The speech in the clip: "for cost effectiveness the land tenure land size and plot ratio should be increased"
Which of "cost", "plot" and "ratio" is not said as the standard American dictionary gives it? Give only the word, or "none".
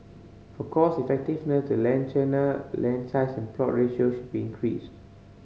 cost